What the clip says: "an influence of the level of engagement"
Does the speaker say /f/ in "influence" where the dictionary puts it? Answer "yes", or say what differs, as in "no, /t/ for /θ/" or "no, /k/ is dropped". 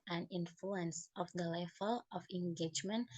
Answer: yes